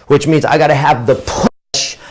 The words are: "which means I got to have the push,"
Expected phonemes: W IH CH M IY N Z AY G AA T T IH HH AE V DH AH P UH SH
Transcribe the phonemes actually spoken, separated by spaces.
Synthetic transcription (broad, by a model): W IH CH M IY N Z AY G AA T T IH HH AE V DH AH P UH SH